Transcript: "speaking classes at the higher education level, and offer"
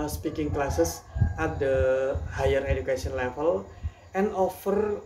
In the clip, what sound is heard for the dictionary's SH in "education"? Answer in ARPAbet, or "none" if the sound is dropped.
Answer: S